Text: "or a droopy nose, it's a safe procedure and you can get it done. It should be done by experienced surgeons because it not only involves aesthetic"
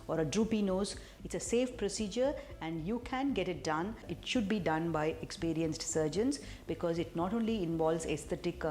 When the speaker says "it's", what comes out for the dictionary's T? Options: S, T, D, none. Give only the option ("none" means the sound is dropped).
T